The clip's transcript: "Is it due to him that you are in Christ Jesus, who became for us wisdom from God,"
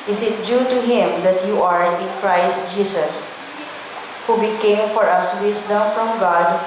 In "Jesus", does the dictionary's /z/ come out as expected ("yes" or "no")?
no